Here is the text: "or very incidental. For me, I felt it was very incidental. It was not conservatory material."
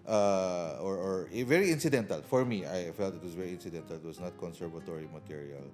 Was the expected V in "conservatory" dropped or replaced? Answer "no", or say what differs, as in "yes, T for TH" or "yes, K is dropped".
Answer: no